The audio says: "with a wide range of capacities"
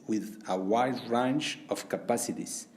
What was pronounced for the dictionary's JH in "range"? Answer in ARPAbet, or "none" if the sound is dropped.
CH